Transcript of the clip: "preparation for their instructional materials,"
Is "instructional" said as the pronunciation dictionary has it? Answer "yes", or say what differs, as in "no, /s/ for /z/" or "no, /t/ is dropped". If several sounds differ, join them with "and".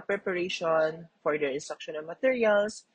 no, /n/ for /l/